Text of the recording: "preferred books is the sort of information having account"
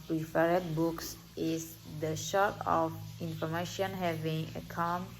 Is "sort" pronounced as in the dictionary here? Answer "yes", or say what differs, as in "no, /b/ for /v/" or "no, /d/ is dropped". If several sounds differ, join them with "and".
no, /ʃ/ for /s/